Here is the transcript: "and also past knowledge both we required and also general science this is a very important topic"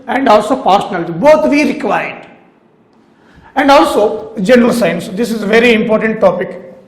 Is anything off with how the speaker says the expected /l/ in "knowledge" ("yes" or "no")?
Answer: yes